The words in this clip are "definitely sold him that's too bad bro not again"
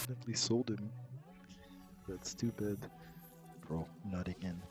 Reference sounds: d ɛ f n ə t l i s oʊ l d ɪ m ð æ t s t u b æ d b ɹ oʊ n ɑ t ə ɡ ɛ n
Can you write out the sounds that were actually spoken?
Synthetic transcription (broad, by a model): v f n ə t l i s oʊ l d ɪ m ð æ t s t u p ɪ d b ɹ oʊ n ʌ t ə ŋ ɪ n